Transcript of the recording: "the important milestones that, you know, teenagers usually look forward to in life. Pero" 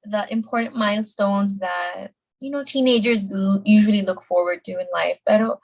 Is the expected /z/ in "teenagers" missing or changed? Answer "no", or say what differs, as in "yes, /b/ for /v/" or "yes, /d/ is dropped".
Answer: no